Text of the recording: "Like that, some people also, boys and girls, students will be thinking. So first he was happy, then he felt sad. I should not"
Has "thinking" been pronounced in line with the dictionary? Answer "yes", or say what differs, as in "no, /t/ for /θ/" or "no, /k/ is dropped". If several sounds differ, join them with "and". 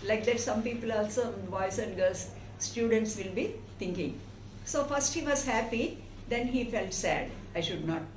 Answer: no, /t/ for /θ/